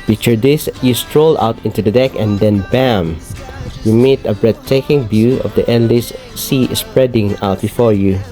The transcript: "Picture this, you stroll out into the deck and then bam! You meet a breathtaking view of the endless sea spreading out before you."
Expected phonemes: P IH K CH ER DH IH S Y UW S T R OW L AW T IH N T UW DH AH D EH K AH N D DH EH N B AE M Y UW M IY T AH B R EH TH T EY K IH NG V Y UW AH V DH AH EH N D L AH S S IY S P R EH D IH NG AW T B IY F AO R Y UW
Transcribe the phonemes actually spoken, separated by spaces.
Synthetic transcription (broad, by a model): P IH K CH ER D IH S Y UW S T R OW L AW T IH N T UW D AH D EH K AH N D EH N B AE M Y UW M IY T AH B R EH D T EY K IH NG B Y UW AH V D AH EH N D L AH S S IY S P R EH D IH NG AW T B IY F AO R Y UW